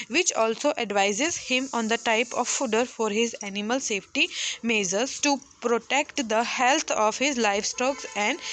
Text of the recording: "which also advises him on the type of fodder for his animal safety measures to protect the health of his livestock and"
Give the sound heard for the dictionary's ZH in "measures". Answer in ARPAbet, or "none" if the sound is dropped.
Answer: Z